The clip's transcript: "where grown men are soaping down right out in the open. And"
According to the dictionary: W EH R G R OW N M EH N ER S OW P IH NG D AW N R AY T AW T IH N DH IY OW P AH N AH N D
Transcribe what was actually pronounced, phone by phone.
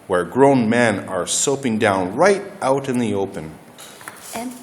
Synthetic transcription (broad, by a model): W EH R G R OW N M EH N ER S OW P IH NG D AW N R AY T AW T IH N DH IY OW AH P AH N